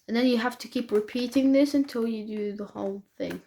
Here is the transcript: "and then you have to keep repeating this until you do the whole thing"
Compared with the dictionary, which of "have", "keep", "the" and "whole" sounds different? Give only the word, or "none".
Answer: have